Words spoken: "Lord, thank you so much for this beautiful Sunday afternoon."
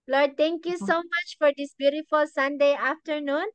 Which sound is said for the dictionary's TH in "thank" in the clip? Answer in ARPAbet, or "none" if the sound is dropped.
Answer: T